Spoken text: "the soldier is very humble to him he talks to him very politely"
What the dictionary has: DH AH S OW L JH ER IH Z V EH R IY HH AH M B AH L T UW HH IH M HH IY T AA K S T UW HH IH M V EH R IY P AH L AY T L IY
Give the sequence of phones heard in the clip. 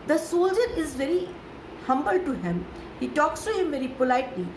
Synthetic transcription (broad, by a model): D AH S OW L JH ER IH Z V EH R IY HH AH M B AH L T UW HH IH M HH IY T AA K S T UW HH IH M V EH R IY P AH L AY T L IY